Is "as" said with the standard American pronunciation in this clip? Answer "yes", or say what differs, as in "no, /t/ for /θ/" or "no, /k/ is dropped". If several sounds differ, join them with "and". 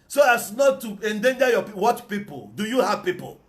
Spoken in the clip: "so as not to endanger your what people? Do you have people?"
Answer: no, /s/ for /z/